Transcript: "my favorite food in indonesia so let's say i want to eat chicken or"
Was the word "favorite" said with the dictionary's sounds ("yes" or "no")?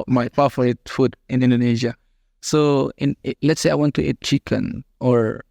no